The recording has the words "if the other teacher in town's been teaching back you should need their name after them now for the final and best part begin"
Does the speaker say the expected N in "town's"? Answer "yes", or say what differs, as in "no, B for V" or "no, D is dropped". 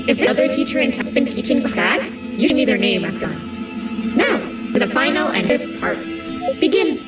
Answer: no, N is dropped